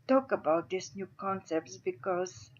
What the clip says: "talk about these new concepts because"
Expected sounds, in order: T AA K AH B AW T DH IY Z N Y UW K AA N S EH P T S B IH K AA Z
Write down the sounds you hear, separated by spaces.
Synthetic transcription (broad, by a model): T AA K AH B AW T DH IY S N Y UW K AA N S EH P T S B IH K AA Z